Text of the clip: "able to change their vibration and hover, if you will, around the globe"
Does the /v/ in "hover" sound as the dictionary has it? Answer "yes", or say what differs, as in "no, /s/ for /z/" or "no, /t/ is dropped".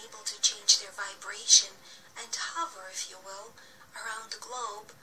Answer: yes